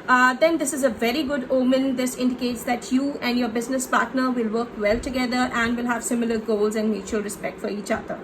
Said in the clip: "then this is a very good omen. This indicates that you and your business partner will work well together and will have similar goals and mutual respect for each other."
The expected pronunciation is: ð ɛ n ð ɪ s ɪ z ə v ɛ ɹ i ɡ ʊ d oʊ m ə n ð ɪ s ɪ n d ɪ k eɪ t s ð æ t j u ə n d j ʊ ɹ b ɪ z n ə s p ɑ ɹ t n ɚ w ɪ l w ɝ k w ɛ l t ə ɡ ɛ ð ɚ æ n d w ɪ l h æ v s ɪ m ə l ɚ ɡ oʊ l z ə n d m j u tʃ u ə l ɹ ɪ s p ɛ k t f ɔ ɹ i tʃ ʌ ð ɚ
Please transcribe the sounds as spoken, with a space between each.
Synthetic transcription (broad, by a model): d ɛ n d ɪ s ɪ z ə v ɛ ɹ i ɡ ʊ d oʊ m ə n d ɪ s ɪ n d ɪ k eɪ t s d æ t j u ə n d j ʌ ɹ b ɪ z n ə s p ɑ ɹ t n ɚ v ɪ l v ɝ k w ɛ l t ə ɡ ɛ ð ɚ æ n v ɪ l h æ v s ɪ m ə l ɚ ɡ oʊ l z ə n d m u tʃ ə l ɹ ɪ s p ɛ k t f ɔ ɹ i tʃ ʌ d ɚ